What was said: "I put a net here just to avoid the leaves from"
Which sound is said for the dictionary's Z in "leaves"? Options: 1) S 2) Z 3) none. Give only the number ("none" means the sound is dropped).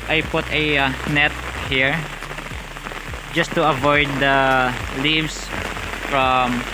1